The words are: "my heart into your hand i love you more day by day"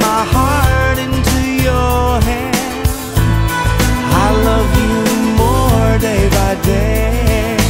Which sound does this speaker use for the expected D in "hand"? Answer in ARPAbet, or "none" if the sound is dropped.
none